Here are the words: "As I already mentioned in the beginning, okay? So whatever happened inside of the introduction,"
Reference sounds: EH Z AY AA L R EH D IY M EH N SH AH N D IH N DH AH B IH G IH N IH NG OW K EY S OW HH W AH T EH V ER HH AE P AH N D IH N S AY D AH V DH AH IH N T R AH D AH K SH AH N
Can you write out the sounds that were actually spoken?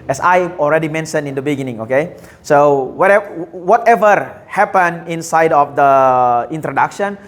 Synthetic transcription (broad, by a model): EH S AY AA L R EH D IY M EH N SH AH N IH N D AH B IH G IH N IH NG OW K EY S OW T W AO T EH V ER HH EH P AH N IH N S AY D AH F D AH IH N T R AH D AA K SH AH N